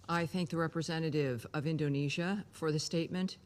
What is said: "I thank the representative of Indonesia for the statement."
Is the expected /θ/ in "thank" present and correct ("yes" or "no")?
yes